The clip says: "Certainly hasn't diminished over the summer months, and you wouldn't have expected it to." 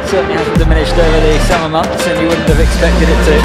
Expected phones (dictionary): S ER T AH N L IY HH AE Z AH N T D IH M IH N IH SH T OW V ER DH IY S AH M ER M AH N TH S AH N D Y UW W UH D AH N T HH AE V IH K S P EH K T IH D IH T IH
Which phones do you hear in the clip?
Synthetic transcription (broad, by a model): S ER T N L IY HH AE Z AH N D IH M IH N IH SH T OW ER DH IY S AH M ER M AH N TH S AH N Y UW W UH D N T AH V IH K S P EH K T IH D IH T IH